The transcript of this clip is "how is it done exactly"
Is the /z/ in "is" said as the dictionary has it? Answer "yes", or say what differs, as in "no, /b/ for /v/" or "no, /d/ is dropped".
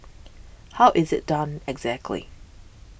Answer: yes